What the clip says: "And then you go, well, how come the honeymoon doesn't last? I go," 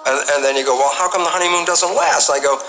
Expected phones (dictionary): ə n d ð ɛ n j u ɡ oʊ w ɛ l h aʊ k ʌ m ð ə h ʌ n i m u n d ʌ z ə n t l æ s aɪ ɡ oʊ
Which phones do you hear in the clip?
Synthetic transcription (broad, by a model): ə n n ð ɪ n j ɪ ɡ oʊ w ɛ l h aʊ k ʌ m ð ə h ʌ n i m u n d ʌ z ə n t w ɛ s aɪ ɡ oʊ